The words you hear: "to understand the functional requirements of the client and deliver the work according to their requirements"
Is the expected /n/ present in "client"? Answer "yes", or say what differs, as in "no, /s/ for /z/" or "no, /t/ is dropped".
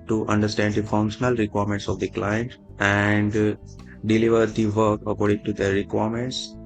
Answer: yes